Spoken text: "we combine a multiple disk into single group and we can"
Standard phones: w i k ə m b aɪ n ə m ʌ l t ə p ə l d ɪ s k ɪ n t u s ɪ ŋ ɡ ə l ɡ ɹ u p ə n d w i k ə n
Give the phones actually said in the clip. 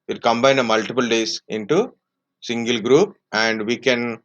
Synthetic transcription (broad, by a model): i k ə m b aɪ n ə m ʌ l t ə p ə l d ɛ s ɪ n t u s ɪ ŋ ɡ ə l ɡ ɹ u p ə n d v i k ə n